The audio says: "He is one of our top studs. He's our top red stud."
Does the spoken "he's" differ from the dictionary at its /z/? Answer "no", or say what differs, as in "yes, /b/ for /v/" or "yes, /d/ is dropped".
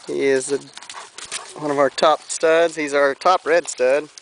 no